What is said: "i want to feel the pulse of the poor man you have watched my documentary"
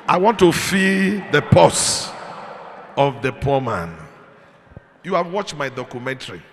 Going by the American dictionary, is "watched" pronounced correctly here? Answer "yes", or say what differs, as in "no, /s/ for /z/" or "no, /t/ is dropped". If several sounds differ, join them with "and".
yes